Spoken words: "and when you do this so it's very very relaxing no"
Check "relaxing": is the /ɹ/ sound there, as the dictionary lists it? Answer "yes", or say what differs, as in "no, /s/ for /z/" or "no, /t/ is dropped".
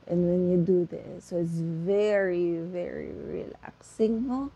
yes